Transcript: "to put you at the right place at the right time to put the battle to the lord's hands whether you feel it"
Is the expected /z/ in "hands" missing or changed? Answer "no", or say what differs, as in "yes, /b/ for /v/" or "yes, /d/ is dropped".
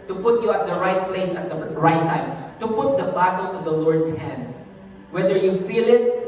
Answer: yes, /s/ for /z/